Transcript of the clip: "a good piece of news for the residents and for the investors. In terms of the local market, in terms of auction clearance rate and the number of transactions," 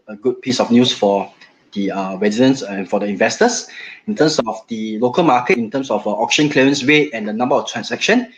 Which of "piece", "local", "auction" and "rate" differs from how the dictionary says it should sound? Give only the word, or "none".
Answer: rate